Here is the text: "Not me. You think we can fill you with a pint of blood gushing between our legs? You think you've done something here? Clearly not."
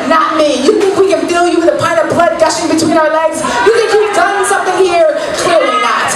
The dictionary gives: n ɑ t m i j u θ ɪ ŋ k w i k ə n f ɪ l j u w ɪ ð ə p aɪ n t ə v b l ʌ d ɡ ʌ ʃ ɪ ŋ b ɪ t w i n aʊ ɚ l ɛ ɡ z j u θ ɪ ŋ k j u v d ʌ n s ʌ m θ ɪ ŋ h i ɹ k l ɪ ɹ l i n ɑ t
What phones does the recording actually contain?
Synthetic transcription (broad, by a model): n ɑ t m i j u θ ɪ ŋ k w i k ə n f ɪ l j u w ɪ ð ə p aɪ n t ə v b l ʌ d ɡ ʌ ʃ ɪ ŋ b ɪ t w i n aʊ ɚ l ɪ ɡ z j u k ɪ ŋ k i p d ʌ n s ʌ m θ ɪ ŋ h i ɹ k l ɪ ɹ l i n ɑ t